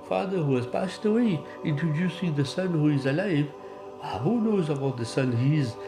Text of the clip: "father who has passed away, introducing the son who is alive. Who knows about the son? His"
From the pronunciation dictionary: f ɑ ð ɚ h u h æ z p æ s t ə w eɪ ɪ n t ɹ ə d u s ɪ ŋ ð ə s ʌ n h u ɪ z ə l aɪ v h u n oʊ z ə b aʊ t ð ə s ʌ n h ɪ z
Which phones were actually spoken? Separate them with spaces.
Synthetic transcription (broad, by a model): f ɑ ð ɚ h u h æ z p æ s t ə w eɪ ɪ n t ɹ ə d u s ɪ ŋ ð ə s ʌ n h u ɪ z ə l aɪ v h u n oʊ z ə b aʊ t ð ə s ʌ n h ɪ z